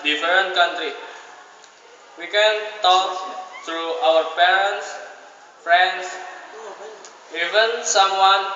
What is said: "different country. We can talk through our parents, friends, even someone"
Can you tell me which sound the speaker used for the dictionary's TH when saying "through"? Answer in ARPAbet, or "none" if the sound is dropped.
T